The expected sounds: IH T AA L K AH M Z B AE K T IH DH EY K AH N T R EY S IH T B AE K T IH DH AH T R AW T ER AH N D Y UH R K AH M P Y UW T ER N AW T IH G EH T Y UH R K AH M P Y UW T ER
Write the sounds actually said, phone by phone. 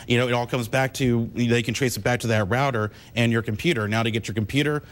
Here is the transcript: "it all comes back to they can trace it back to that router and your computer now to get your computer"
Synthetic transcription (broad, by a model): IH T AA L K AH M Z B AE K T IH DH EY K N T R EY S IH T B AE K T IH DH AH T R AW T ER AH N Y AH R K M P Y UW T ER N AW T IH G EH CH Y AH R K M P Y UW T ER